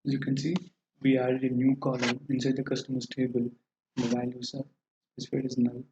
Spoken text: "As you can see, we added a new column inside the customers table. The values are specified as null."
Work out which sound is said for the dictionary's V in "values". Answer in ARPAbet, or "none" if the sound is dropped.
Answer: B